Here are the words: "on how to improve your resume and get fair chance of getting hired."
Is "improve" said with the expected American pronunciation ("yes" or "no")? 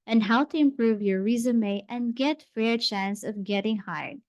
yes